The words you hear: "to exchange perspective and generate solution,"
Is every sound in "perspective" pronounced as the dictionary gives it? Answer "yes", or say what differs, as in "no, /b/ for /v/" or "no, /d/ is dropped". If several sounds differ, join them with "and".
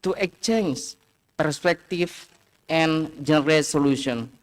no, /f/ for /v/